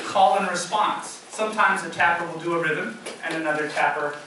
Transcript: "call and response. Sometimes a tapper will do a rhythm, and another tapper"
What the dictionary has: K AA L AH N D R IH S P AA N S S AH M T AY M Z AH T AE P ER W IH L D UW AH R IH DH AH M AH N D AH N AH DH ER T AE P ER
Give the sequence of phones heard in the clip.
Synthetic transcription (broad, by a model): K AA L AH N R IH S P AA N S S AH M T AY M Z AH T AE P ER W IH L D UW AH R IH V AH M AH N AH N AH DH ER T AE P ER